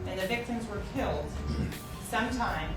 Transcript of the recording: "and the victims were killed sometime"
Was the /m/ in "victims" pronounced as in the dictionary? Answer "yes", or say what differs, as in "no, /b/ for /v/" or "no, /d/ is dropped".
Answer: yes